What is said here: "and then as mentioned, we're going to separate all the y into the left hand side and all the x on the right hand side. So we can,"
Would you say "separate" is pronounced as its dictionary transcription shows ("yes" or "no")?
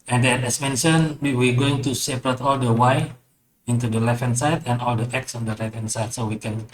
yes